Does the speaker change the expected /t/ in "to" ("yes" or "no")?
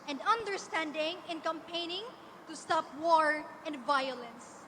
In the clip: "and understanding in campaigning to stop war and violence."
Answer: no